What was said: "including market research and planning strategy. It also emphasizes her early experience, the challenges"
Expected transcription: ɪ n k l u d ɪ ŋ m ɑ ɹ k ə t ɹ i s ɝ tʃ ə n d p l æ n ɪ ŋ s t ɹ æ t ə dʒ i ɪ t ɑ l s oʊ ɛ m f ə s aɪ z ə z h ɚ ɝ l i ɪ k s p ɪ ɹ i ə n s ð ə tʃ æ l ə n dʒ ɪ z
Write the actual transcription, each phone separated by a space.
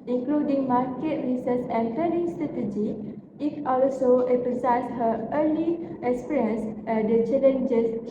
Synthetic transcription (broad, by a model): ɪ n k l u d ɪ ŋ m ɑ ɹ k ə t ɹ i s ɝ s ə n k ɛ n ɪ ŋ s t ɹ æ t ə dʒ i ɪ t ɑ l s oʊ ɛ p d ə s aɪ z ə s h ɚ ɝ l i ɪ k s p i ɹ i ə n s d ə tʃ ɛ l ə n dʒ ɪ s